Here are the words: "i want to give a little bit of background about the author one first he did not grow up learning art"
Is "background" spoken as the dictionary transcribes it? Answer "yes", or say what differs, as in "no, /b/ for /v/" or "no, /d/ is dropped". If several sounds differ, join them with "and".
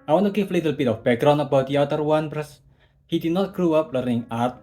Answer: no, /d/ is dropped